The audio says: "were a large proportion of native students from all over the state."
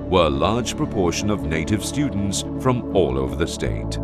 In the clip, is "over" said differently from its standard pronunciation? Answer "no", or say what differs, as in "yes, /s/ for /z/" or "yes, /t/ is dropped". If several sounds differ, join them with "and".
no